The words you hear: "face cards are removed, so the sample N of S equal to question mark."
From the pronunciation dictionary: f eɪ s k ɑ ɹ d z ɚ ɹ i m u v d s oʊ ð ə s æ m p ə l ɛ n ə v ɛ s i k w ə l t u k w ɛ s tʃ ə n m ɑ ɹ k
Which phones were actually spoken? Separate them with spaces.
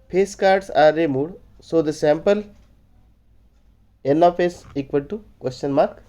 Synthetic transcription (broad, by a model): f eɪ s k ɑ ɹ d s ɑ ɹ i m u d s oʊ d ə s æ m p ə l ɛ n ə f ɛ s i k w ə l t u k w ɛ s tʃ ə n m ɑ ɹ k